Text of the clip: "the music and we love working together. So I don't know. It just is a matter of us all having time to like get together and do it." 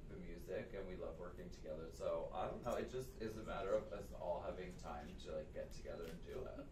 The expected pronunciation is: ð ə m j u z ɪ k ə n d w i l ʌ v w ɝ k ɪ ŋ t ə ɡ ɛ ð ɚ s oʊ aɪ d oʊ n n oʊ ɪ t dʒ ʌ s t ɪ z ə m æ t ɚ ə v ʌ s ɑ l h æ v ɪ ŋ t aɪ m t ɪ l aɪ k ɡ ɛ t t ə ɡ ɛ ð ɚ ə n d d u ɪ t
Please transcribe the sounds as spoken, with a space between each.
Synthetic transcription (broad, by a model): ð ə m j u z ɪ k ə n w i l ʌ v w ɝ k ɪ ŋ t ə ɡ ɛ ð ɚ s oʊ aɪ d oʊ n n oʊ ɪ t dʒ ʌ s t ɪ z ə m æ t ɚ ə v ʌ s ɑ l h æ v ɪ ŋ t aɪ m t ɪ l aɪ k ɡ ɛ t t ə ɡ ɛ ð ɚ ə n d d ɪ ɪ t